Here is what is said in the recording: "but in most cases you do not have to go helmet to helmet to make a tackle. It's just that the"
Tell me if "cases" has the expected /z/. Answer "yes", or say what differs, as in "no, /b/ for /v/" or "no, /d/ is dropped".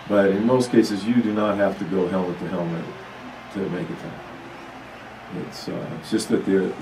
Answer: yes